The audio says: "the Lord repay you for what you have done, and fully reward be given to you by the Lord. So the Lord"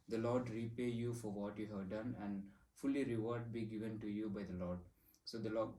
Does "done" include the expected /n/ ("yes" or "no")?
yes